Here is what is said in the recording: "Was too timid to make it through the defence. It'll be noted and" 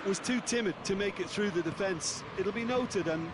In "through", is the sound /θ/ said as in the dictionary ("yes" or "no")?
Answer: yes